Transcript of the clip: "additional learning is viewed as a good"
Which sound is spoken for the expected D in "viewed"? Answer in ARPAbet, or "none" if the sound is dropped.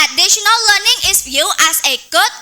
none